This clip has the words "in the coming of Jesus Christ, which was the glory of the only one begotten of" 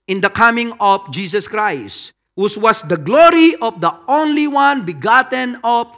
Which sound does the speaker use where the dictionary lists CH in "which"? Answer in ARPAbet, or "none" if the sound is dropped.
S